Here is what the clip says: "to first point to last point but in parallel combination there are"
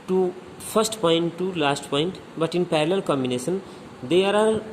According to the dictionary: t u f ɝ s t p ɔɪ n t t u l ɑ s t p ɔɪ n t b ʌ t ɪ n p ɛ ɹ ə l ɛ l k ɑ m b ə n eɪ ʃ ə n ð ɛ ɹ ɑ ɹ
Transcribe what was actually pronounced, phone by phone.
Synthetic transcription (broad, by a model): t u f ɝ s t p ɔɪ n t t u l ɑ s t p ɔɪ n t b ʌ t ɪ n p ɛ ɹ l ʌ l k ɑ m b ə n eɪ s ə n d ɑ ɹ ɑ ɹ